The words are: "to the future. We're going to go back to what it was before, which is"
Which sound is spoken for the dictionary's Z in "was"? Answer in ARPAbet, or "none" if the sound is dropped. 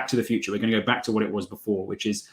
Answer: Z